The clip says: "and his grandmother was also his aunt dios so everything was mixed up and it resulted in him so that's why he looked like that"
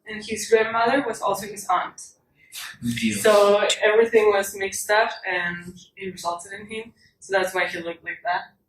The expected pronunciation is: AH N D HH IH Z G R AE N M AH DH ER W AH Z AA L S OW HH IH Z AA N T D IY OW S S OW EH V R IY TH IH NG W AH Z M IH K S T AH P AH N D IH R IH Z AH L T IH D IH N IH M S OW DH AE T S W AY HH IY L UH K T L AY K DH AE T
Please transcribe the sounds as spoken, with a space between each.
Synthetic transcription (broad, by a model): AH N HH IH Z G R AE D M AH DH ER W AH Z AA L S OW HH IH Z AA N T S S OW EH V R IY TH IH NG W AH Z M IH K S T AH F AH N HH IH R IH Z AH L T IH D IH N IH M S OW DH AE T S W AY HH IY L UH K T L AY K DH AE T